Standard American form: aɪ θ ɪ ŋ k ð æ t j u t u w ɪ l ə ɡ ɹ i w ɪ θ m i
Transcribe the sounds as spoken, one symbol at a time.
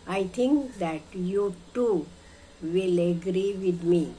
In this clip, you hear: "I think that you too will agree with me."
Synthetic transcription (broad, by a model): aɪ t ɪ ŋ k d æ t j u t u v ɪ l ə ɡ ɹ i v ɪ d m i